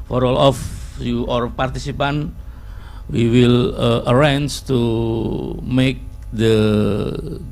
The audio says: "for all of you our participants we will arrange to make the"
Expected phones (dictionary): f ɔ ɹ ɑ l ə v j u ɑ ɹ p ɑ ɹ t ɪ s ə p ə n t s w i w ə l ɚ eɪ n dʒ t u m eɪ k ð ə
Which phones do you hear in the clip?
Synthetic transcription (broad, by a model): f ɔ ɹ ɑ l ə f j u ɑ ɹ p ɑ ɹ t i s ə p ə n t w i w ə l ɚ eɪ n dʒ t u m eɪ k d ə